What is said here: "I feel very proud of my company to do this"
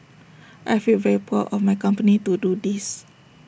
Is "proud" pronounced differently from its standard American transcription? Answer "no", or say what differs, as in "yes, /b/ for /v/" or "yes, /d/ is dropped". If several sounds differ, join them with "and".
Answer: yes, /d/ is dropped